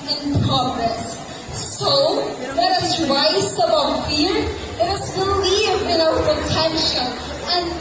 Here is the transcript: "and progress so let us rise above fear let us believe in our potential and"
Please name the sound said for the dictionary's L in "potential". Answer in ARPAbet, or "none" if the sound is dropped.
N